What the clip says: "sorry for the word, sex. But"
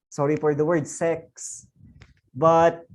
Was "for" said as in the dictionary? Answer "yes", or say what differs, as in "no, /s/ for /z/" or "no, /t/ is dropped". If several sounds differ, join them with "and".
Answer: no, /p/ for /f/